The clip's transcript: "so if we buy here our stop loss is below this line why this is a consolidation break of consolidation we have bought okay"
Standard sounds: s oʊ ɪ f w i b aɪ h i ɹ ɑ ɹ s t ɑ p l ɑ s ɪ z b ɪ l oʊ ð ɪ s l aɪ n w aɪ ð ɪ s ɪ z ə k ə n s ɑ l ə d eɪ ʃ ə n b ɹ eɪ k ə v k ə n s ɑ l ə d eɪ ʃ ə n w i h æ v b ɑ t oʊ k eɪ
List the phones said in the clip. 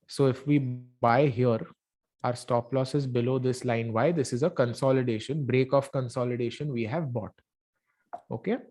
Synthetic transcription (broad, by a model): s oʊ ɪ f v i b aɪ h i ɹ ɑ ɹ s t ɑ p l ɑ s ɪ z b ɪ l oʊ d ɪ s l aɪ n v aɪ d ɪ s ɪ z ə k ə n s ɑ l ə d eɪ ʃ ə n b ɹ eɪ k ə f k ə n s ɑ l ə d eɪ ʃ ə n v i h æ v b ɑ t oʊ k eɪ